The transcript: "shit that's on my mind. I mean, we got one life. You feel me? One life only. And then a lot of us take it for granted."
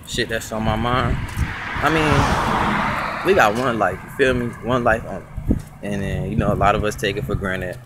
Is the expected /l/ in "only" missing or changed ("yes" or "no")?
yes